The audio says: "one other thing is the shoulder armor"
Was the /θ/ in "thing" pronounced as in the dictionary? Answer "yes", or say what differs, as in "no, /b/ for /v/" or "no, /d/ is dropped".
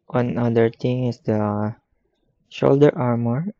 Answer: no, /t/ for /θ/